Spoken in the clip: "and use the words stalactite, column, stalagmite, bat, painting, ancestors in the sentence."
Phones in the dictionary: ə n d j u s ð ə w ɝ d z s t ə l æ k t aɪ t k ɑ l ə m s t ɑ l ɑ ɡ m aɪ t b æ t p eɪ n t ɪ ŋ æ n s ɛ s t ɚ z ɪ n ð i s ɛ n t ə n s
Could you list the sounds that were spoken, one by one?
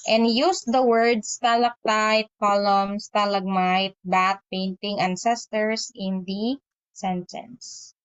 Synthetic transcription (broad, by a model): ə n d j u s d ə w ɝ d s t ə l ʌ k t aɪ t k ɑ l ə m s t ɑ l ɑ ɡ m aɪ t b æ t p eɪ n t ɪ ŋ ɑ n s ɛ s t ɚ s ɪ n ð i s ɛ n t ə n s